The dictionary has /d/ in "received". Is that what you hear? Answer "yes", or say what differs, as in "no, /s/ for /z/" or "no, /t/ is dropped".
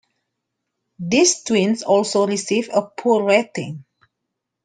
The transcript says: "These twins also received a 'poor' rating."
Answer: no, /d/ is dropped